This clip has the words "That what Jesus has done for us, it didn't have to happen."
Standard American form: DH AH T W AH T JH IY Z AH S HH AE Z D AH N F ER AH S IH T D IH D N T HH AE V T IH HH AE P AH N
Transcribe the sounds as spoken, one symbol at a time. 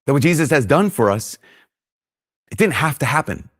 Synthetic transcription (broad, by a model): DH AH T W AH T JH IY Z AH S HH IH Z D AH N F ER AH S IH T D IH D N T HH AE F T IH HH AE P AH N